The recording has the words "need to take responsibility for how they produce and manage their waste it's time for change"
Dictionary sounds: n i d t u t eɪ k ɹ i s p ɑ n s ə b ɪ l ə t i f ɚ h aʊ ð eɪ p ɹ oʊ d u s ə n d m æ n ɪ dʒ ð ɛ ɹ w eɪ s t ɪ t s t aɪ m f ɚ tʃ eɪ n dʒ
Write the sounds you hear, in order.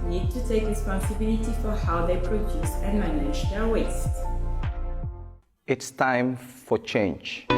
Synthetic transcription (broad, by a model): n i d t u t eɪ k ɹ i s p ɑ n s ə b ɪ l ə t i f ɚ h aʊ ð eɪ p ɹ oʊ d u s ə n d m æ n ɪ dʒ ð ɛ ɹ w eɪ s t ɪ t s t aɪ m f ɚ tʃ eɪ n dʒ